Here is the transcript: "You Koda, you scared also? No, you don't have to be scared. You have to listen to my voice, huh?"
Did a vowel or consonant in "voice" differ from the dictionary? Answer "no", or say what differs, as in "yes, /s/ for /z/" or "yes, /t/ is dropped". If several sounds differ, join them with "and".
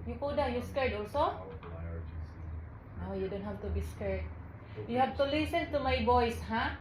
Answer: yes, /b/ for /v/